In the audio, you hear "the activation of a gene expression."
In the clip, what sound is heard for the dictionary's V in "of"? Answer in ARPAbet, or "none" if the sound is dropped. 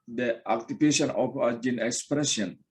P